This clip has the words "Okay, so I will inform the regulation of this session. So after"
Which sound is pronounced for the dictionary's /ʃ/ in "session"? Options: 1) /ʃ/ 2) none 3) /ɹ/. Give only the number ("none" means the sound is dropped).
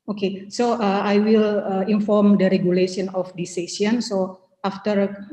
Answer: 2